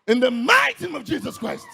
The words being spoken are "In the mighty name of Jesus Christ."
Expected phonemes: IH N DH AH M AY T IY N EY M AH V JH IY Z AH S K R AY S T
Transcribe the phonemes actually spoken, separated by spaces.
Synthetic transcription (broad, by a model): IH N DH AH M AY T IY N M AH V JH IY Z AH S K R AY S T